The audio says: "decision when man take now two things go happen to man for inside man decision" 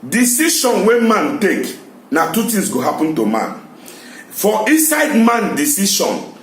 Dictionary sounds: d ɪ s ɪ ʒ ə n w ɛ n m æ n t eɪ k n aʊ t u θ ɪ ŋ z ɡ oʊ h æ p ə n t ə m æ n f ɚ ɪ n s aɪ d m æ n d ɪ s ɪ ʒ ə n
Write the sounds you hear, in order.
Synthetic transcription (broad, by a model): d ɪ s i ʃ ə n w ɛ m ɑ n t eɪ k n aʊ t u t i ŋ s ɡ oʊ h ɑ p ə n t ə m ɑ n f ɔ ɪ n s aɪ d m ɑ n d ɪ s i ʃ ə n